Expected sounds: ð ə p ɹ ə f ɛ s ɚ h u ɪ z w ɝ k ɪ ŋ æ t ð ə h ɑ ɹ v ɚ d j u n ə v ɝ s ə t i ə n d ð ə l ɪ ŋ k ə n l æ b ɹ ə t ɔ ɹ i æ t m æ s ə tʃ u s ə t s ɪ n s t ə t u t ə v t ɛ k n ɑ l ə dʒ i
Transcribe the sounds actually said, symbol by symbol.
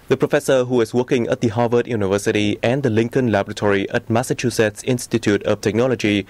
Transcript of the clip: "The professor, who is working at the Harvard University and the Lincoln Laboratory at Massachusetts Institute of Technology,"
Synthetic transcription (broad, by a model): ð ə p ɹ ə f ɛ s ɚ h u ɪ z w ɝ k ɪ ŋ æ t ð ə h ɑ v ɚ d j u n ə v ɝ s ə t i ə n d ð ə l ɪ ŋ k ə n l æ b ɹ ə t ɔ ɹ i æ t m æ s ə tʃ u s ə t s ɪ n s t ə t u t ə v t ɛ k n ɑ l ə dʒ i